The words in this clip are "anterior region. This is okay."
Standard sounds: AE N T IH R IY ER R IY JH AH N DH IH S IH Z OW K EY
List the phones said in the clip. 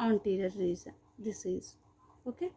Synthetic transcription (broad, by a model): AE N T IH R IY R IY Z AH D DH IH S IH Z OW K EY